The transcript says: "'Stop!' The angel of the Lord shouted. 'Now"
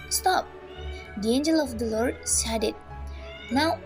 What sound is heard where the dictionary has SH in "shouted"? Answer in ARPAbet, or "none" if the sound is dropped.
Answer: S